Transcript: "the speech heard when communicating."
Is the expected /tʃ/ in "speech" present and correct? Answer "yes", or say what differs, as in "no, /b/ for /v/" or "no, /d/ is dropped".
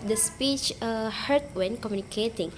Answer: yes